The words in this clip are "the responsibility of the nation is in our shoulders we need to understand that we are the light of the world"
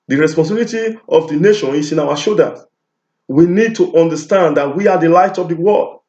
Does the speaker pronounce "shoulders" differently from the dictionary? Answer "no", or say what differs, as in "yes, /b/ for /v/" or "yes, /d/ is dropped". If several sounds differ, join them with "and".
yes, /l/ is dropped